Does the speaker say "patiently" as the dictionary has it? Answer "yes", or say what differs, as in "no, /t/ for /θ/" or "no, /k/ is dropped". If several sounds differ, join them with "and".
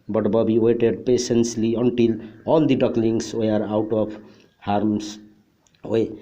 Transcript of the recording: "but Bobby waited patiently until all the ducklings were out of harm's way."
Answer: no, /s/ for /ʃ/ and /s/ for /t/